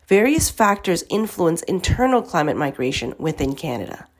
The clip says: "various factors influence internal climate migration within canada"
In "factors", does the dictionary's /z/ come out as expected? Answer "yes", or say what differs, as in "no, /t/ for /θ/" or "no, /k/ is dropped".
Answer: yes